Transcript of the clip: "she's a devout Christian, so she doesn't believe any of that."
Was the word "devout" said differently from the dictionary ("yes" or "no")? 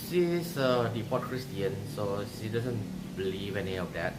yes